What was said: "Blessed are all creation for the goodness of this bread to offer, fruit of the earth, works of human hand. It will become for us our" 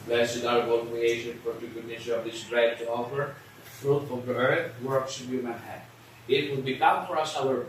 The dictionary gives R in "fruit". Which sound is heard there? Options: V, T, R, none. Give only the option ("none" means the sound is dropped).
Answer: R